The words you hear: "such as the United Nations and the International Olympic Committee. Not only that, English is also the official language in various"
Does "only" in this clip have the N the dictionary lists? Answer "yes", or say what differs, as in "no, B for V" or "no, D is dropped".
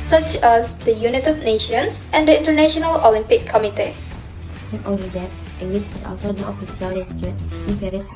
no, N is dropped